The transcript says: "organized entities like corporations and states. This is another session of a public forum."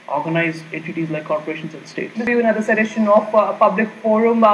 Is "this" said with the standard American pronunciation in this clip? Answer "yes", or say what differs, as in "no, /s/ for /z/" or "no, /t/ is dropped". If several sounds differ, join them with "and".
no, /s/ is dropped